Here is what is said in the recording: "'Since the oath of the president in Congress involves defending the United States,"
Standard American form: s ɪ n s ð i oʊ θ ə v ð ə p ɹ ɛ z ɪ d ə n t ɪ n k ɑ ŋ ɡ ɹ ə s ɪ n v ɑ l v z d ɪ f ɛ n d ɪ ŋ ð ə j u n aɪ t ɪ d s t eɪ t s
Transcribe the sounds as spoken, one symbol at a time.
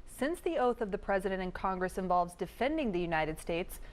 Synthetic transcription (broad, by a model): s ɪ n s ð i oʊ θ ə v ð ə p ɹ ɛ z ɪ d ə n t ɪ n k ɑ ŋ ɡ ɹ ə s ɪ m v ɑ l v z d ɪ f ɛ n d ɪ ŋ ð ə j u n aɪ t ɪ d s t eɪ t s